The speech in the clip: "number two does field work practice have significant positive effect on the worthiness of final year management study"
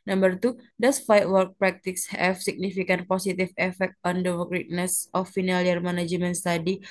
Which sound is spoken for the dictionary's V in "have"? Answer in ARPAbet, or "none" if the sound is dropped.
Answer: F